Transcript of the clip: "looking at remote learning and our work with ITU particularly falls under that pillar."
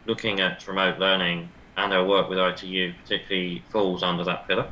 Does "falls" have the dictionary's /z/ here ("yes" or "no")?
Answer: yes